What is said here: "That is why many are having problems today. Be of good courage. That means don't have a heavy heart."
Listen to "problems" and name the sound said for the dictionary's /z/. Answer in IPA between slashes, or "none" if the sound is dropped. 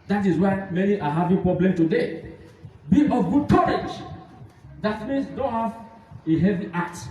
none